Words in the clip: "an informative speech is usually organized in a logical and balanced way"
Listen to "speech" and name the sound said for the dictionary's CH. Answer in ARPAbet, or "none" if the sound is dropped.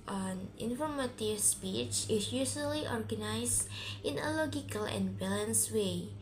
CH